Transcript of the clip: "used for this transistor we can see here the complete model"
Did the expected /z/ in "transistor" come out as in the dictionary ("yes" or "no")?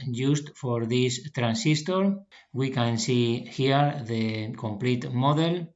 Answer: no